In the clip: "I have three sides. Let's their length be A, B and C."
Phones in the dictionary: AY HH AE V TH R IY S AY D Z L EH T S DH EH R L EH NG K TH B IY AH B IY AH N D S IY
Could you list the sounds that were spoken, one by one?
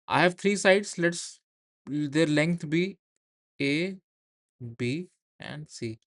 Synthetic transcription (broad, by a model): AY HH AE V T R IY S AY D S L EH T S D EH R L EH NG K T B IY AH B IY AH N D S IY